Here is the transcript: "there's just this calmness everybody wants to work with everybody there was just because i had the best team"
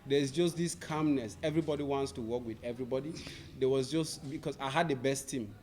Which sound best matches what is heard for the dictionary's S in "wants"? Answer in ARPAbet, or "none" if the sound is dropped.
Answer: S